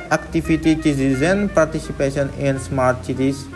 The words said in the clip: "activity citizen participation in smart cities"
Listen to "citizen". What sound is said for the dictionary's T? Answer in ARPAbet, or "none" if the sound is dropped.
S